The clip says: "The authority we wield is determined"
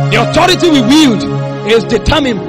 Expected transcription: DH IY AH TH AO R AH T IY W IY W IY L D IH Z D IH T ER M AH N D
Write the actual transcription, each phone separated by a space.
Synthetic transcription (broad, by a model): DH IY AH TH AO R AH T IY W IY W IY L D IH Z D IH T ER M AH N